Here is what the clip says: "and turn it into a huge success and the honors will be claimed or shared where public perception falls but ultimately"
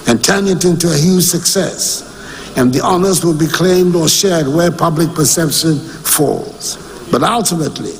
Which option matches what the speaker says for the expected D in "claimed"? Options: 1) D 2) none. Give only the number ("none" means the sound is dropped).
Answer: 1